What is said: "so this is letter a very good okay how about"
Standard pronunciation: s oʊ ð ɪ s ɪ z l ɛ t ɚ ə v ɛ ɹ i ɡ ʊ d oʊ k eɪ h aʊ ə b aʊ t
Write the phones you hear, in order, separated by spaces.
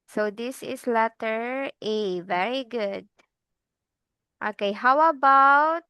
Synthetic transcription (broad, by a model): s oʊ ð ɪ s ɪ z l ɛ t ɚ ə v ɛ ɹ i ɡ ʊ d oʊ k eɪ h aʊ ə b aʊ t